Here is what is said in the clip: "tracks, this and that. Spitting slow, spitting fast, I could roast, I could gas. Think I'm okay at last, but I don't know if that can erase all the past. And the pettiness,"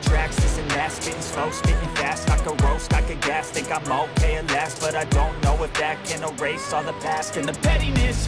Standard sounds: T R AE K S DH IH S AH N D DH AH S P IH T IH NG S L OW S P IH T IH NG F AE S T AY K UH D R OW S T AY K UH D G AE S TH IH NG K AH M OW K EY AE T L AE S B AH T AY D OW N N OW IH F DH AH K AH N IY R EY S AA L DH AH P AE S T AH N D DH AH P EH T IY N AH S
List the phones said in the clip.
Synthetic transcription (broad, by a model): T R AE K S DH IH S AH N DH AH S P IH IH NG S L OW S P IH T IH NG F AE S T AY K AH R OW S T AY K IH G AE S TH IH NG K AH M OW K EY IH L AE S B AH T AY D OW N N OW IH F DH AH K AH N IY R EY S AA DH AH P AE S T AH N DH AH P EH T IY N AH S